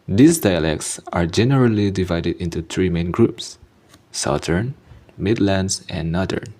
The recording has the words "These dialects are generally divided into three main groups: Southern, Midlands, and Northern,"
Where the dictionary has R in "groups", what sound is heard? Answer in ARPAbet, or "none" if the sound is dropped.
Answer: R